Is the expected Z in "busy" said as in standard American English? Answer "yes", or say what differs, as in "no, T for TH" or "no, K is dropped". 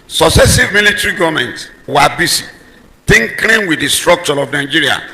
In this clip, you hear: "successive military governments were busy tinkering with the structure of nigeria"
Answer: no, S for Z